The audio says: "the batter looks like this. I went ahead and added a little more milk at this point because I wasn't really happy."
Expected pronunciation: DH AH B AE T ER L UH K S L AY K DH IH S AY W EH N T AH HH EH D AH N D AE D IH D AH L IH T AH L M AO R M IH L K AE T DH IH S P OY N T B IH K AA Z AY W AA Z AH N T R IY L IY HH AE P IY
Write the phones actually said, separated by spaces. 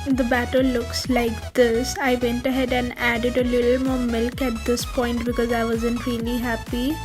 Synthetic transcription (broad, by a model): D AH B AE T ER L UH K S L AY K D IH S AY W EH N T AH HH EH D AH N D AE D IH D AH L IH T L M AO R M IH L K AE T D IH S P OY N T B IH K AA Z AY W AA Z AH N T R IY L IY HH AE P IY